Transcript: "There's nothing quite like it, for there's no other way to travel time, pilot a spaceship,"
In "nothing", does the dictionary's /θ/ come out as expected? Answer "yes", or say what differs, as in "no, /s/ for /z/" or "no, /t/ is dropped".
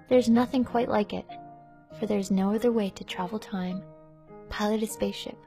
yes